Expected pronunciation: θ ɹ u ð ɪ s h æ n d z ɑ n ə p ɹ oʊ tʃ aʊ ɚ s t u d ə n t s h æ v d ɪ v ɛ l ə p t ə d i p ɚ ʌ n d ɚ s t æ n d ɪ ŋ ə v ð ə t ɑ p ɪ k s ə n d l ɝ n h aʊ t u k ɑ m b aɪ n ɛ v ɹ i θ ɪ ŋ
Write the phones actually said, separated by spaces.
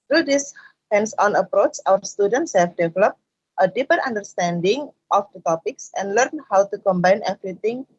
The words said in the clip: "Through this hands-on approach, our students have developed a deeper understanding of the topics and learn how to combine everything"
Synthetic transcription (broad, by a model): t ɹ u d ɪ s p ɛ n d s ɑ n ə p ɹ oʊ tʃ aʊ ɚ s t u d ə n t s h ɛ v d ɪ v ɛ l ə p t ə d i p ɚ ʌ n d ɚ s t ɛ n d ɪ ŋ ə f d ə t ɑ p ɪ k s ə n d l ɝ n h aʊ t u k ɑ m b aɪ n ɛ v ɹ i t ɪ ŋ